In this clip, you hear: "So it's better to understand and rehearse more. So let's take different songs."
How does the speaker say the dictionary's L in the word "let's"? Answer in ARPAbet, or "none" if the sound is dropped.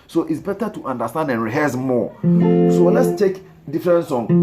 W